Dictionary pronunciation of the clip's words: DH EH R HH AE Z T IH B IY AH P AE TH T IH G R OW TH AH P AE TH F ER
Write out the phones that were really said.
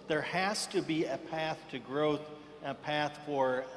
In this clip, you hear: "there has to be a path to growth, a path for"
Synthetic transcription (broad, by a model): DH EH R HH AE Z T IH B IY AH P AE TH T IH G R OW TH AH P AE TH F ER